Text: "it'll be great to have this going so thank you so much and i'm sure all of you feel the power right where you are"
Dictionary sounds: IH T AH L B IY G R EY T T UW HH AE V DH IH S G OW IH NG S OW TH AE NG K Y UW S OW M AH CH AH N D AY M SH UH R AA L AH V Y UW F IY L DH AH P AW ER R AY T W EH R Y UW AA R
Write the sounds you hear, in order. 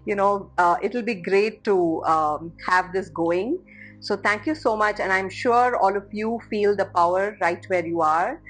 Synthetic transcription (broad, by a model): IH T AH L B IY G R EY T T UW HH AE V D IH S G OW IH NG S OW T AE NG K Y UW S OW M AH CH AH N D AY M SH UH R AA L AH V Y UW F IY L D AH P AW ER R AY T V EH R Y UW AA R